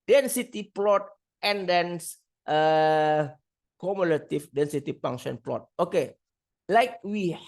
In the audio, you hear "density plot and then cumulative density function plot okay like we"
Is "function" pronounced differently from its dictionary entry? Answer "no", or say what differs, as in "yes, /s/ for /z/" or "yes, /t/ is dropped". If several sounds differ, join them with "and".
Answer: yes, /k/ is dropped